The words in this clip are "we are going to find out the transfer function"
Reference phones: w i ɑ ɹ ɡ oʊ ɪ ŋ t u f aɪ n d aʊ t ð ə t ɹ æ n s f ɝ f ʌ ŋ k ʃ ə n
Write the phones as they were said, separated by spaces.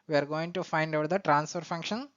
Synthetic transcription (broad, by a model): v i ɑ ɹ ɡ oʊ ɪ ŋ t u f aɪ n d aʊ t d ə t ɹ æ n s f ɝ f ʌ ŋ k ʃ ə n